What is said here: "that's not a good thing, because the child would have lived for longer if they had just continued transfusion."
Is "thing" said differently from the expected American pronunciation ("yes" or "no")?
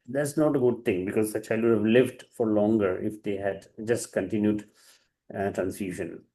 yes